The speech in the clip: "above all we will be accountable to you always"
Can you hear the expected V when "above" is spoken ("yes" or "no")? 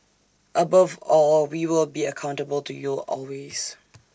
yes